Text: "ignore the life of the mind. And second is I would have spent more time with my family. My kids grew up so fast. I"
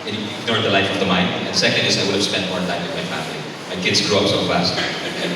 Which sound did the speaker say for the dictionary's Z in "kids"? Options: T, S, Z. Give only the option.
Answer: Z